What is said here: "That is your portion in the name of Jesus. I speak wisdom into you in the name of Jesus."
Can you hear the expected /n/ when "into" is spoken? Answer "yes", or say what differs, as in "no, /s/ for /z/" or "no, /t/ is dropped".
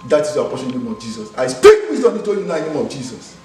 no, /n/ is dropped